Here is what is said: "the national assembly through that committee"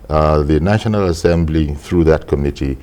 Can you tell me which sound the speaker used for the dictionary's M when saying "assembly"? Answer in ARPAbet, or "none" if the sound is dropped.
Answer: M